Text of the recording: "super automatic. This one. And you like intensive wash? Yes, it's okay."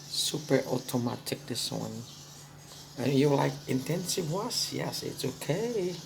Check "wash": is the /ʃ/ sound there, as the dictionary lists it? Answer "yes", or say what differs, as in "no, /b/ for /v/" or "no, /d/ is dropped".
no, /s/ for /ʃ/